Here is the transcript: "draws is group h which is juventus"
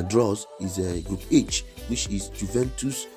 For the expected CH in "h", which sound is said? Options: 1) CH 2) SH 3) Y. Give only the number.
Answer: 1